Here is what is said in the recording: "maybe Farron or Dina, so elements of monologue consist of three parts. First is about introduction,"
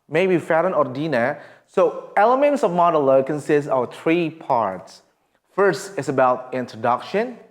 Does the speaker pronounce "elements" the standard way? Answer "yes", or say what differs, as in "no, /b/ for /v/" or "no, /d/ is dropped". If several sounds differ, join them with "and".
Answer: yes